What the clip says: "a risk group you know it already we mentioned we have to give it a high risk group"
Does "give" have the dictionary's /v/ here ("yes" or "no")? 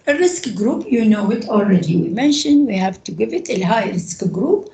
yes